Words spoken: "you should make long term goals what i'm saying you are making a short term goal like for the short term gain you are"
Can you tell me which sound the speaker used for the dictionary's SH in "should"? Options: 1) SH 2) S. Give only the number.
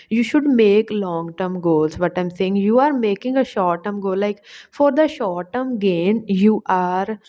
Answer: 1